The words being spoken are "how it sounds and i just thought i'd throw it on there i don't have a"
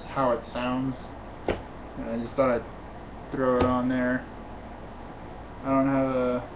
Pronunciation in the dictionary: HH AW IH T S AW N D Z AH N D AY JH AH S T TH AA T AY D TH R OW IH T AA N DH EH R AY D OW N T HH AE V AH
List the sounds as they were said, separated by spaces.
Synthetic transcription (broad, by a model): HH AW IH T S AW N D Z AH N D AY JH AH S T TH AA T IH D TH R OW IH T N DH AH R AY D OW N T HH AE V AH